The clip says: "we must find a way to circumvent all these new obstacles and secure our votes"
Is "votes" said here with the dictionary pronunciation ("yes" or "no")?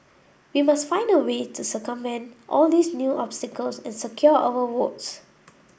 no